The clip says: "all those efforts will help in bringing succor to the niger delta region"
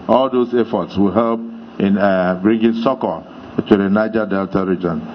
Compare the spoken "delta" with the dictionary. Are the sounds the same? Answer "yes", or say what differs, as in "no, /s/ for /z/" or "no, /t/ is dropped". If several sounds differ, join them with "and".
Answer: yes